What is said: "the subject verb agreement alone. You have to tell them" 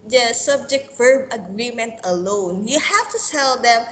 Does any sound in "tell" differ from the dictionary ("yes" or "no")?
yes